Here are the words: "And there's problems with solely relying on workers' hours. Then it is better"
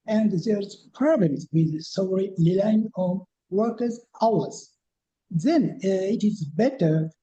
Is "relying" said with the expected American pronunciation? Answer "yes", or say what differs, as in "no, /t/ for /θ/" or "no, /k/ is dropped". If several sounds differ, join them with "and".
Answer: no, /l/ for /ɹ/